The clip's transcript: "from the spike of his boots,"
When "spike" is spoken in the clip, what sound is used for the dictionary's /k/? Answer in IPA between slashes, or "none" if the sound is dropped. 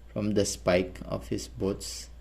/k/